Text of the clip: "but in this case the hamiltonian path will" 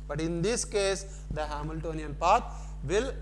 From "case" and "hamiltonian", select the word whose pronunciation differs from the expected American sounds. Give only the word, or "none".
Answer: none